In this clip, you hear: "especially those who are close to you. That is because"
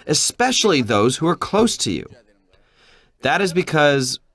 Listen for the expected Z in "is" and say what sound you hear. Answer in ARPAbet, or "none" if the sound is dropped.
Z